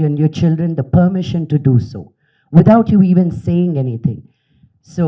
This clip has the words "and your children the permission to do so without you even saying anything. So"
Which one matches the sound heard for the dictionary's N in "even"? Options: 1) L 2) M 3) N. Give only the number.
3